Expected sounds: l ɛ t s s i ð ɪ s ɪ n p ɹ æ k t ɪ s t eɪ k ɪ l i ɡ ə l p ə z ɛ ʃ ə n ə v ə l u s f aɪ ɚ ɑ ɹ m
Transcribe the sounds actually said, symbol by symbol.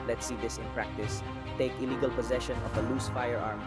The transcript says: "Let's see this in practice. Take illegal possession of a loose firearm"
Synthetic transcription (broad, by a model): l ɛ t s s i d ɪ s ɪ n p ɹ æ k t ɪ s t eɪ k ɪ l i ɡ ə l p ə z ɛ ʃ ə n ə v ə l u s f aɪ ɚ ɑ ɹ m